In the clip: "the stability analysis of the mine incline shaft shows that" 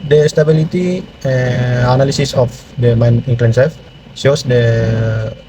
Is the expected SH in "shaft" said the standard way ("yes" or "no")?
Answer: no